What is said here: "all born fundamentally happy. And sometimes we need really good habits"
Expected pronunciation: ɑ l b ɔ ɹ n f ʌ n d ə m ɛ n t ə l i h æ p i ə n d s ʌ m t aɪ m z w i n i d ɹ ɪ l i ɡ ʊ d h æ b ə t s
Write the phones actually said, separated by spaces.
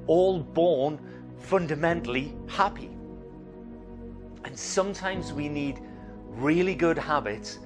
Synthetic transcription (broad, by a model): ɑ l b ɔ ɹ n f ʌ n d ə m ɛ n t l i h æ p i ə n s ʌ m t aɪ m z w i n i d ɹ ɪ l i ɡ ʊ d h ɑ b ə t s